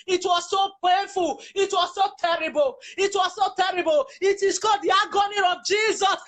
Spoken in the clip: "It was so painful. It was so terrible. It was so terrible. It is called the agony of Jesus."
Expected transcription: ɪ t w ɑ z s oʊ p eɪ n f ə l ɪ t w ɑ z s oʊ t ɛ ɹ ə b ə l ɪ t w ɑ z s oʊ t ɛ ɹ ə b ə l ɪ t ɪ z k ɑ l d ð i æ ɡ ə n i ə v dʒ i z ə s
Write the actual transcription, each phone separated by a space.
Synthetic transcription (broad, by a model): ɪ t w ɑ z s oʊ p eɪ n f ə l ɪ t w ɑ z s oʊ t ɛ ɹ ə b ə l ɪ t w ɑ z s oʊ t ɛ ɹ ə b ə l ɪ t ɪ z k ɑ d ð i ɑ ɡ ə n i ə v dʒ i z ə s